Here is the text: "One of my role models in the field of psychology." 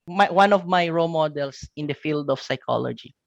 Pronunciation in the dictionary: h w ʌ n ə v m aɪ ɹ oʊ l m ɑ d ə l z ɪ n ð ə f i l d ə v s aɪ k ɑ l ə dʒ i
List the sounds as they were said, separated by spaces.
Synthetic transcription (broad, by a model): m w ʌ n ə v m aɪ ɹ oʊ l m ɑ d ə l s ɪ n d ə f i l d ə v s aɪ k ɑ l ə dʒ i